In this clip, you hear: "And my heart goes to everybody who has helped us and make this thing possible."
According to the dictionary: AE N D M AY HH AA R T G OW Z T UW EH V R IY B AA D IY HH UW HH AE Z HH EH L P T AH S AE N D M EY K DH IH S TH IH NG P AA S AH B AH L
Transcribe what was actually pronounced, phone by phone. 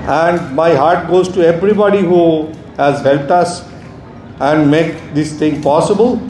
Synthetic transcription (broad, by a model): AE N D M AY HH AA R T G OW Z T UW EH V R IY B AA D IY HH UW HH AE Z HH EH L P T AH S AE N D M EY K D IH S T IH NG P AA S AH B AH L